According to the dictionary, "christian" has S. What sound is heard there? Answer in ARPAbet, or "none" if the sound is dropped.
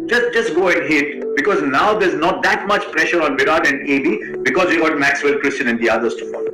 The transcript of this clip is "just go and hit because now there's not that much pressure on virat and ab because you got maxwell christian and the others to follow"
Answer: S